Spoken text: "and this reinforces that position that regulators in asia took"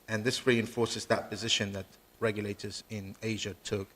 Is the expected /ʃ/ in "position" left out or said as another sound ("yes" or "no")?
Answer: no